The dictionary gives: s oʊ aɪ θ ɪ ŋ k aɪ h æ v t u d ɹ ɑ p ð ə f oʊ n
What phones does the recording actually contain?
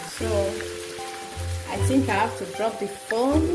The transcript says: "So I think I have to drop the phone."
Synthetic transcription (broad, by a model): s oʊ aɪ θ ɪ ŋ k aɪ h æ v t u d ɹ ɑ p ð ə f oʊ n